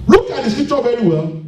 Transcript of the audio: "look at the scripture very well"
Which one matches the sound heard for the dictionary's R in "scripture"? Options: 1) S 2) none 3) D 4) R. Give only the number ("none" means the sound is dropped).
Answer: 2